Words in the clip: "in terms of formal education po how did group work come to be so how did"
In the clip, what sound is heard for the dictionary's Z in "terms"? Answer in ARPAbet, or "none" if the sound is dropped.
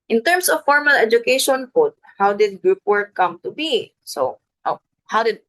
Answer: S